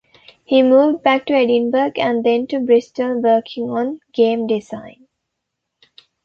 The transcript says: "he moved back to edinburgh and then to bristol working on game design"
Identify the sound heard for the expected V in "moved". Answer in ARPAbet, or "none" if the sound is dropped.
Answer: V